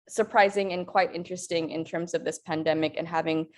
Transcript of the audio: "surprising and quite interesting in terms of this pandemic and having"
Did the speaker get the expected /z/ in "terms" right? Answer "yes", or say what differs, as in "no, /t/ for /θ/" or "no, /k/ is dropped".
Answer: yes